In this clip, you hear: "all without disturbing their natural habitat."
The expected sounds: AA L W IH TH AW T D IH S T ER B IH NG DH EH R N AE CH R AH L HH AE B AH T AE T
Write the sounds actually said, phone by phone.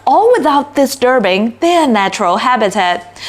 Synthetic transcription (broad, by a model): AA L W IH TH AW T D IH S T ER B IH NG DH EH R N AE CH R AH L HH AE B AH T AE T